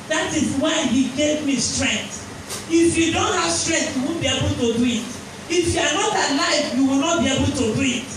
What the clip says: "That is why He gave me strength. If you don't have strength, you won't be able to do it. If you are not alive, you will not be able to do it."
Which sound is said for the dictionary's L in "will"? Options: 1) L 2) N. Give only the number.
1